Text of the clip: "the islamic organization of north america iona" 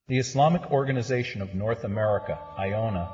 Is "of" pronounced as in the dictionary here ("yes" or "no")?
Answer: yes